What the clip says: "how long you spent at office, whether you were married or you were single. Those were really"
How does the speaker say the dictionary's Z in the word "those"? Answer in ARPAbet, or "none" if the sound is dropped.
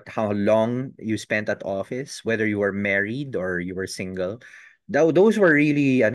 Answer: S